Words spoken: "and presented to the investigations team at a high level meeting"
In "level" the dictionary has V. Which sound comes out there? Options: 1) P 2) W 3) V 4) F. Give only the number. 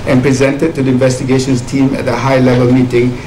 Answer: 3